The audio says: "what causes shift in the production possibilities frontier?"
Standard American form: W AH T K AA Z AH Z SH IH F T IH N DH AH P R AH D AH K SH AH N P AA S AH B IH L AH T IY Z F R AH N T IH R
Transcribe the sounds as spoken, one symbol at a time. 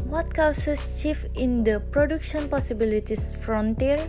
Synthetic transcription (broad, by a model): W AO T K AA S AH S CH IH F IH N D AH P R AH D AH K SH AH N P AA S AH B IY L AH T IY S F R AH N T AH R